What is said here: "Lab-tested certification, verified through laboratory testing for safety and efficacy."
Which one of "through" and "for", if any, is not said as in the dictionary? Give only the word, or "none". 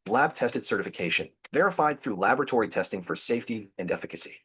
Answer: none